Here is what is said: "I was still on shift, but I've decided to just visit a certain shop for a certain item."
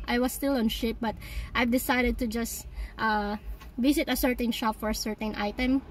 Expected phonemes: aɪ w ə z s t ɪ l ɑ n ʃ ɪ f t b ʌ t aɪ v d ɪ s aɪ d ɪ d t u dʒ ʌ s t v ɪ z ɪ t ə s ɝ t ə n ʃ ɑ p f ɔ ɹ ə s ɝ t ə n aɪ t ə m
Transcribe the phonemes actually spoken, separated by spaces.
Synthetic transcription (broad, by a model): aɪ w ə s t ɪ l ɑ n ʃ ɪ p b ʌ t aɪ v d ɪ s aɪ d ɪ d t u dʒ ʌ s t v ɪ s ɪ t ə s ɝ t ə n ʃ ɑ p f ɔ ɹ ə s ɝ t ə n aɪ t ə m